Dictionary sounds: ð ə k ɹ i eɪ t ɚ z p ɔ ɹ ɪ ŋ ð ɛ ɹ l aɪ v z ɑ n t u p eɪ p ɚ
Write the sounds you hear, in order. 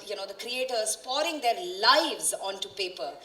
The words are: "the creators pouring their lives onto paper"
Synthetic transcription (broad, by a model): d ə k ɹ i eɪ t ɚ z p ɔ ɹ ɪ ŋ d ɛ ɹ l aɪ v z ɑ n t u p eɪ p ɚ